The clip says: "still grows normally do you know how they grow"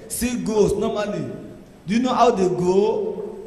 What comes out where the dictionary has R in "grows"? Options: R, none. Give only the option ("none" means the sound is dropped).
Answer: none